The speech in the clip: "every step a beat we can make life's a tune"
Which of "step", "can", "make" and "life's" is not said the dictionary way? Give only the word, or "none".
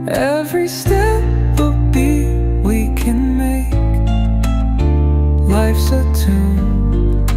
none